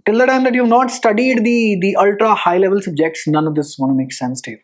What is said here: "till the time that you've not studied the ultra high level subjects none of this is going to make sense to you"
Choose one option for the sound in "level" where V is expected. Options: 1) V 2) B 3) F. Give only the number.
1